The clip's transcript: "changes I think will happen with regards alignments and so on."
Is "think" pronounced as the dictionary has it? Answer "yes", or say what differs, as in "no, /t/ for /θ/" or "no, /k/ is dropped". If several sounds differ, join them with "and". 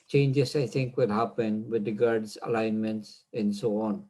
no, /t/ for /θ/